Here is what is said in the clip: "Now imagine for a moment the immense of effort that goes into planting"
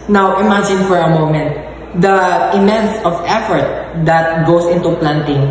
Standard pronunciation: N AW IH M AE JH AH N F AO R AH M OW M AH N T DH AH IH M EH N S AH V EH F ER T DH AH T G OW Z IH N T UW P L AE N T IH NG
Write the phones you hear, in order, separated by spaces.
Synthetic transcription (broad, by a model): N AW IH M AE JH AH N F AO R AH M OW M AH N T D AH IH M EH N S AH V EH F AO T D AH T G OW S IH N T UW P L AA N T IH NG